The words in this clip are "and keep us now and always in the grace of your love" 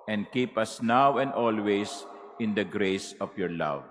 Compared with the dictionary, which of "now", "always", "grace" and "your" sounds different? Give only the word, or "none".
always